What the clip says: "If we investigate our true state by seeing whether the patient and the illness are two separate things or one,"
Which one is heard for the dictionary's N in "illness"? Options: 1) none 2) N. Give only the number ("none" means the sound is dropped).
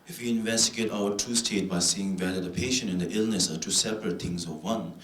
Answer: 2